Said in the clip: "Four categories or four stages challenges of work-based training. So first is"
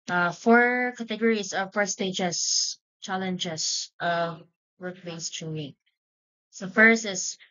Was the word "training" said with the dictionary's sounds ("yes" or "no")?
no